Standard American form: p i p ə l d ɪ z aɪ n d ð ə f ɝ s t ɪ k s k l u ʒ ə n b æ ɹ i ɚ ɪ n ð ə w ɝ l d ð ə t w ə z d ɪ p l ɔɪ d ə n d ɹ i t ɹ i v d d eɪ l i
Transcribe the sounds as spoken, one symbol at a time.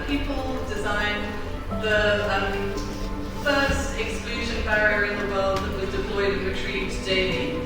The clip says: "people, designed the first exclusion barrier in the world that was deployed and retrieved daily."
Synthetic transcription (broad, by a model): p i p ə l d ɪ z aɪ n ð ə f ɝ s t ɪ k s k l u ʒ ə n b æ ɹ i ɚ ɪ n ð ə w ɝ l d ð ə t w ə z d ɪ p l ɔɪ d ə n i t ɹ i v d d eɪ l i